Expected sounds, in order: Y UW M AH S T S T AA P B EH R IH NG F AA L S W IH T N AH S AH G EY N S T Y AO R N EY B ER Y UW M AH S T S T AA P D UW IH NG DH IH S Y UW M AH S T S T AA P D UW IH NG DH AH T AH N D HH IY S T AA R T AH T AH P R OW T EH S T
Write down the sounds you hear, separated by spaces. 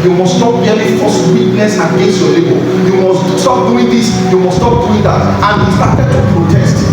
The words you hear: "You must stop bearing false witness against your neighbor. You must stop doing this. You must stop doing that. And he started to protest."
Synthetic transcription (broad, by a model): Y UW M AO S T S T AA P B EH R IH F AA S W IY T N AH S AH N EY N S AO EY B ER Y UW M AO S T S T AA P D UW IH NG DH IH S Y UW M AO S S T AA P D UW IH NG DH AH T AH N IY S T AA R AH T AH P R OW T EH S T